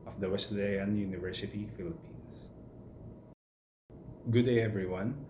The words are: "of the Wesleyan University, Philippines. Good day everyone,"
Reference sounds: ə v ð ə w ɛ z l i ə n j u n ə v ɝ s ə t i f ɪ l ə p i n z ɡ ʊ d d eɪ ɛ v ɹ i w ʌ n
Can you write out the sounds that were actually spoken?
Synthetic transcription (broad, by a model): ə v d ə w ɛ s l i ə n j u n ə v ɝ s ə t i f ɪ l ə p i n s ɡ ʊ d d eɪ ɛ v ɹ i w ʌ n